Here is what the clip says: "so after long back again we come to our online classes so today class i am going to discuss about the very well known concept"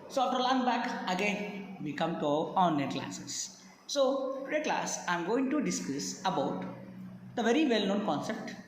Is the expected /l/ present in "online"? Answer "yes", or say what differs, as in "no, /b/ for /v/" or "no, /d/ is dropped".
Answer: no, /l/ is dropped